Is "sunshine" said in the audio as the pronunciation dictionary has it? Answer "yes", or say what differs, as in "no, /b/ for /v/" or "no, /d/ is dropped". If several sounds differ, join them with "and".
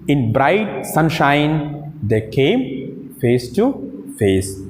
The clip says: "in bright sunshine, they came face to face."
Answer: yes